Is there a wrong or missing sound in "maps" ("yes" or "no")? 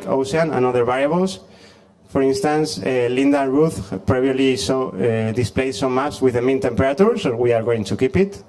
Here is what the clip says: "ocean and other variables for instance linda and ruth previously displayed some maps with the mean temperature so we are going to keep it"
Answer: yes